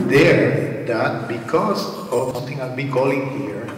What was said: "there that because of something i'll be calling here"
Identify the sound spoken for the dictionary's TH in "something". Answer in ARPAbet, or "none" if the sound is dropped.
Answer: T